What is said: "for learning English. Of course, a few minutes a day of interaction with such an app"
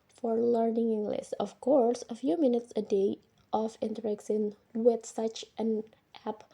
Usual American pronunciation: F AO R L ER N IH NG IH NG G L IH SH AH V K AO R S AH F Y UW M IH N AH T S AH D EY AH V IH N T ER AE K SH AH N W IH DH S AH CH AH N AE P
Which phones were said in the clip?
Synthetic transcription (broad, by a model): F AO R L ER N IH NG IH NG G L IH S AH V K AO R S AH F Y UW M IH N AH T S AH D EY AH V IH N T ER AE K S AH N W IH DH S AH CH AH N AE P